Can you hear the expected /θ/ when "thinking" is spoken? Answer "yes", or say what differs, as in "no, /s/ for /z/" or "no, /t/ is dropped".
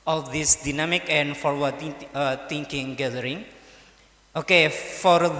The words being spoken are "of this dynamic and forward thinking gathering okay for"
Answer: no, /t/ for /θ/